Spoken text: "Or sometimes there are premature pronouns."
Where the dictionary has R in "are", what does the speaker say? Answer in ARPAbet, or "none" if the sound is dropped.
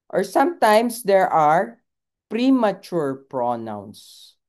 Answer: R